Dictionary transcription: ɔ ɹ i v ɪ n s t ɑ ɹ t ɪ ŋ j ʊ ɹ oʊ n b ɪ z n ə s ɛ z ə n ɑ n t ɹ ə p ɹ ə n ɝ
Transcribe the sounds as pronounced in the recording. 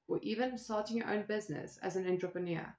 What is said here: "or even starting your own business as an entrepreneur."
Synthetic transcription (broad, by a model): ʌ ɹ i v ɪ n s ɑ l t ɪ ŋ j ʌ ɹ oʊ n b ɪ z n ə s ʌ z ə n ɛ n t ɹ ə p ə n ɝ